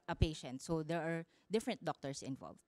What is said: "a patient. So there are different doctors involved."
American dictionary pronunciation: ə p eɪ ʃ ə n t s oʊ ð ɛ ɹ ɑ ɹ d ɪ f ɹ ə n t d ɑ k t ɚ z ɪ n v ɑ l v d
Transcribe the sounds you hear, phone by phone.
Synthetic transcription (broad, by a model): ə p eɪ ʃ ə n t s oʊ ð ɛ ɹ ɑ ɹ d ɪ f ɹ ə n t d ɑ k t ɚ s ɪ n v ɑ l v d